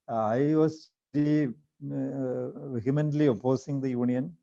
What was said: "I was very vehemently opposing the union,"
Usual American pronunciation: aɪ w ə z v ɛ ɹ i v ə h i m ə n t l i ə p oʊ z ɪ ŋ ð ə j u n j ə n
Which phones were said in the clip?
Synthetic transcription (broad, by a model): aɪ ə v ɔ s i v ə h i m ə n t l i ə p oʊ s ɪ ŋ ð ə j u n j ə n